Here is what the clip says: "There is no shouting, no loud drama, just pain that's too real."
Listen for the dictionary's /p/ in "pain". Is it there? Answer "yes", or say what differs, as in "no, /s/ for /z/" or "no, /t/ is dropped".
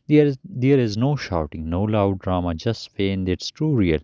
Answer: no, /f/ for /p/